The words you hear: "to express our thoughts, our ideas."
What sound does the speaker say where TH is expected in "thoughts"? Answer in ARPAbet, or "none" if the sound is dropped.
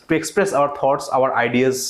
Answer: T